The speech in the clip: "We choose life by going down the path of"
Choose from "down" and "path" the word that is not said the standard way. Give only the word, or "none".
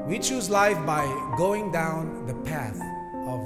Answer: none